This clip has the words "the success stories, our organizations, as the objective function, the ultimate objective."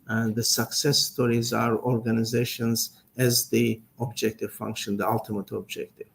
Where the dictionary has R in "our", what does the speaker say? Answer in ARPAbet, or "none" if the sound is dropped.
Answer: R